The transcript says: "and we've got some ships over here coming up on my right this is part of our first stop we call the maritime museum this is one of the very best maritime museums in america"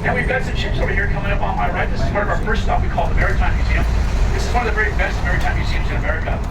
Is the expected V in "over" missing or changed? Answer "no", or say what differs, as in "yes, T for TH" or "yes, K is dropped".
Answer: yes, B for V